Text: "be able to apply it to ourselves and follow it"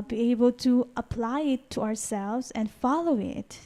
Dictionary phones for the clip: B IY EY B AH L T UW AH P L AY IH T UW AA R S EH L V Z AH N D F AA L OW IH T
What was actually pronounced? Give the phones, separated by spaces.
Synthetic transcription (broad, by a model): B IY EY B AH L T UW AH P L AY IH T UW AA R S EH L V Z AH N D F AA L OW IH T